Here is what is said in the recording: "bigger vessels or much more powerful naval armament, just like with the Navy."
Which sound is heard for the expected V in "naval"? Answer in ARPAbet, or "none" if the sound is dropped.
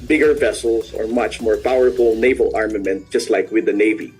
V